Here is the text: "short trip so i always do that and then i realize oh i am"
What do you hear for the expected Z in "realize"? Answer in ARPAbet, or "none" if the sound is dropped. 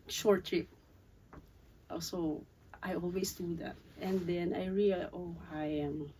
none